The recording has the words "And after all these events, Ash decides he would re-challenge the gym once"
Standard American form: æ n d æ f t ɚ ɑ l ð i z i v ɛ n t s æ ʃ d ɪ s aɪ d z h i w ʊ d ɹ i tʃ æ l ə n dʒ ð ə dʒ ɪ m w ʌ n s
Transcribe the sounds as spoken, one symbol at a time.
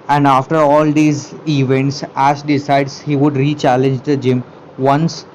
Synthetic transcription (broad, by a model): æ n d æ f t ɚ ɑ l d i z i v ɛ n t s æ s d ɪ s aɪ d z h i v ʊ d ɹ i tʃ æ l ə n dʒ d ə dʒ ɪ m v ʌ n s